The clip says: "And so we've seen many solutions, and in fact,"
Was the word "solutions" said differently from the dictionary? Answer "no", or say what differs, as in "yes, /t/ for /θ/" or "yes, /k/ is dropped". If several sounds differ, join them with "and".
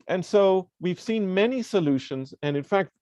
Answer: no